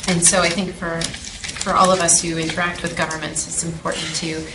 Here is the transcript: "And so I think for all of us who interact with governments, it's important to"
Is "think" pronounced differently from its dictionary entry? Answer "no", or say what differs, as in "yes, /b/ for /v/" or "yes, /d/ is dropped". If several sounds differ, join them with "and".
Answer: no